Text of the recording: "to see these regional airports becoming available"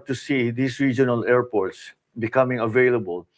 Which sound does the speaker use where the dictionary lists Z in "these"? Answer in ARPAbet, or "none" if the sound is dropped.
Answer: S